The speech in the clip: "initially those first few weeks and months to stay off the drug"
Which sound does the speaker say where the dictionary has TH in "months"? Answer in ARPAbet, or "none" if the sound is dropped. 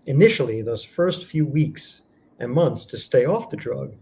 TH